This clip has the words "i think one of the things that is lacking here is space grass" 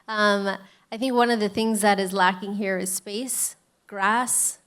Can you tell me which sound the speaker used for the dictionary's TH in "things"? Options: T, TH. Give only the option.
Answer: TH